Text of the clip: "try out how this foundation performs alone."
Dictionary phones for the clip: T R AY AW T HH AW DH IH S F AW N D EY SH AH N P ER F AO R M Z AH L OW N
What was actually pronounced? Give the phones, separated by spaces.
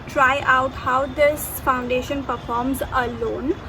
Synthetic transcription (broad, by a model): T R AY AW T HH AW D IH S F AW N D EY SH AH N P ER F AO R M Z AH L OW N